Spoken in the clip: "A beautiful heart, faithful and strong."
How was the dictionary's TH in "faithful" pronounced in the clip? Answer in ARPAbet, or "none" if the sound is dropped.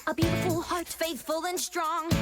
TH